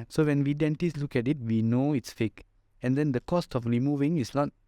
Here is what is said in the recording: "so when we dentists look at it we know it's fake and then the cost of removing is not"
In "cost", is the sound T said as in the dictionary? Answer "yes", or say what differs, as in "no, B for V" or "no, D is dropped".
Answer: yes